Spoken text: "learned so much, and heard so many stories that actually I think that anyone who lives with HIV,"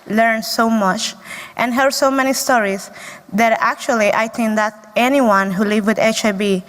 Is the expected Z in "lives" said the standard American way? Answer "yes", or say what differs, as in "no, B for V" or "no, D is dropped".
no, Z is dropped